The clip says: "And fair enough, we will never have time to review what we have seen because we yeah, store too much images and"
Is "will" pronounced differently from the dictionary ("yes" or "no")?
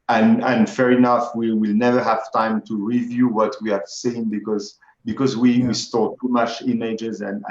no